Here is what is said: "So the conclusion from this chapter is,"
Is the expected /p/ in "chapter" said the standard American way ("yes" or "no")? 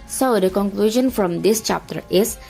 yes